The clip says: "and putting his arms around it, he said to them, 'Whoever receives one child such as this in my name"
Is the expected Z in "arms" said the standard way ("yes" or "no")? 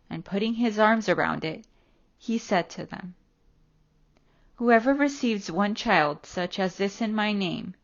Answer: yes